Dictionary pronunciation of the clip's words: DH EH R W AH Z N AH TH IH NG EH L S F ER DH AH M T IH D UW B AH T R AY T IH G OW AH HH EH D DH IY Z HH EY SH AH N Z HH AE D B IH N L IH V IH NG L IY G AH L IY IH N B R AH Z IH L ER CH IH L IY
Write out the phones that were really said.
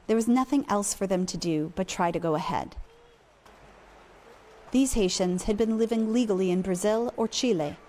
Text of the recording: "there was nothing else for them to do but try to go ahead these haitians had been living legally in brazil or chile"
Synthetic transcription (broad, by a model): DH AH R W AH Z N AH TH IH NG EH L S F ER DH AH M T IH D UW B AH T R AY T IH G OW AH HH EH D DH IY Z HH EY SH AH N Z HH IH D B IH N L IH V IH NG L IY G L IY IH N B R AH Z IH L ER CH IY L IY